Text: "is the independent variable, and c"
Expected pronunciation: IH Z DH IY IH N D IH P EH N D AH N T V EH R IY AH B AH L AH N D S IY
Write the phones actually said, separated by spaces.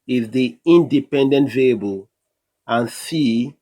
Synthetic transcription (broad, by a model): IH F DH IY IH N D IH P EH N D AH N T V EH L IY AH B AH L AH N S IY